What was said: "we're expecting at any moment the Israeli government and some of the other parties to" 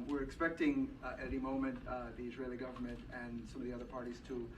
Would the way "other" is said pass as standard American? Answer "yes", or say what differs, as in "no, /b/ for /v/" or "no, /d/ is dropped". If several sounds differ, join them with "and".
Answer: yes